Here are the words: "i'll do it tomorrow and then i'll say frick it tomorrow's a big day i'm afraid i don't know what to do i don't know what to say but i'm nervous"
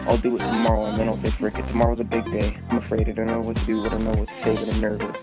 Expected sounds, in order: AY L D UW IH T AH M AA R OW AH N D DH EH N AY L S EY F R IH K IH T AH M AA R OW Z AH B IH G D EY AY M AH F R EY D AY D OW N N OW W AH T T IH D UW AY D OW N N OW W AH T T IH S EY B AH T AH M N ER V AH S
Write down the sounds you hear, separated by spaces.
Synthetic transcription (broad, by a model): AY L D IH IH T AH M AA R OW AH N DH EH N AY L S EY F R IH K IH T AH M AA R OW Z AH B IH G D EY AY M AH F R EY D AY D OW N N OW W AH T T IH D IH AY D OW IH N OW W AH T T IH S EY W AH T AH N ER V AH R